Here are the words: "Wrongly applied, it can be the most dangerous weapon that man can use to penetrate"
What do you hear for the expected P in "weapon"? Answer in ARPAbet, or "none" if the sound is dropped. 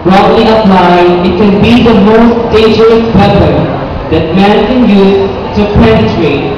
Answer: B